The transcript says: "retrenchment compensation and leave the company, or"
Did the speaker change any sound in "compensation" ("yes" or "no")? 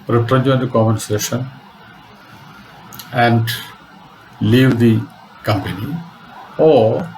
yes